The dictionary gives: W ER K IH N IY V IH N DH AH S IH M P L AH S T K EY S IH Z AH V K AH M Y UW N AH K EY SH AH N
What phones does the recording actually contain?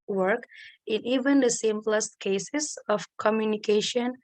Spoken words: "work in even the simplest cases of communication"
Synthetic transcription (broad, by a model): W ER K IH N IY V IH N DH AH S IH M P L AH S T K EY S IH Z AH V K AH M Y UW N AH K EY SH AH N